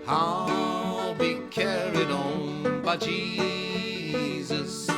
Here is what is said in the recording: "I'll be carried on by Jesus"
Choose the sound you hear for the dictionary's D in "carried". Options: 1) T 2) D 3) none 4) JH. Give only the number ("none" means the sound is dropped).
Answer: 2